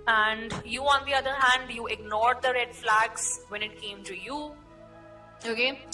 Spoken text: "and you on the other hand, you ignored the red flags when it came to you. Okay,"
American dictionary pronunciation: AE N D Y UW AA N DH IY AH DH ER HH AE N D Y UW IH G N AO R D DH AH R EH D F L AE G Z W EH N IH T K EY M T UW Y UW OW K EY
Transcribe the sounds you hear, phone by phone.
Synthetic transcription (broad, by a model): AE N D Y UW AA N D IY AH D ER HH AE N D Y UW IH G N AO R D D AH R EH D F L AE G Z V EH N IH T K EY M T UW Y UW OW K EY